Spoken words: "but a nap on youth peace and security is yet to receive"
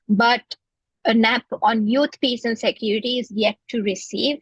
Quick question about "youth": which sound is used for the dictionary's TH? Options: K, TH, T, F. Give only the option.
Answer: T